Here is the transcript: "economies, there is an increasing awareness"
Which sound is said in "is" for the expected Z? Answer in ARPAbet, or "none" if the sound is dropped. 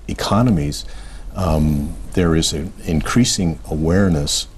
Z